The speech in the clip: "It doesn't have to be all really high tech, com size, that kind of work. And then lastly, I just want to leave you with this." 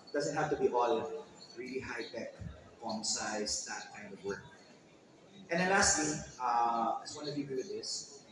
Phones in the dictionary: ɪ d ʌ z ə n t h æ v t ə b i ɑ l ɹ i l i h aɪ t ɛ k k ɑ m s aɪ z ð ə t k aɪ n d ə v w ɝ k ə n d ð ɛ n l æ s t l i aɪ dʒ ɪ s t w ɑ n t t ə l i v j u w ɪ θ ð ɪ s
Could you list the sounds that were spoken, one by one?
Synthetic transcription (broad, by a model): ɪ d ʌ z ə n t h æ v t ə b i ɑ l ɹ i l i h aɪ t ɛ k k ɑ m s aɪ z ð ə t k aɪ n d ə v w ɝ k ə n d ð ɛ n l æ s t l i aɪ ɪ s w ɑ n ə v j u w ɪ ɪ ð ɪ s